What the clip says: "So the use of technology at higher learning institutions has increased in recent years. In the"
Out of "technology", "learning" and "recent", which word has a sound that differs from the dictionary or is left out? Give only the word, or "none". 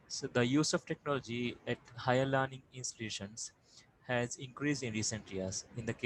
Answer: none